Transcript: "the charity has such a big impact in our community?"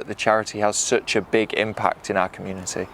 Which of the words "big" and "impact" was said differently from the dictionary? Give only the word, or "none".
none